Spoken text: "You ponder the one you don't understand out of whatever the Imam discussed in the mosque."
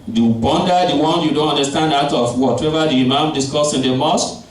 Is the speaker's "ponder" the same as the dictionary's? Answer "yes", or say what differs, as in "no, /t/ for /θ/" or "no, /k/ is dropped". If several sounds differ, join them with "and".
no, /b/ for /p/